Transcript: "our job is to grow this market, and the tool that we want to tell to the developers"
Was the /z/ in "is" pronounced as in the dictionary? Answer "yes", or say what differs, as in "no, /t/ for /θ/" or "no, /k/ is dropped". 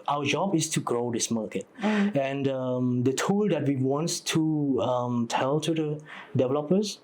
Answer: no, /s/ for /z/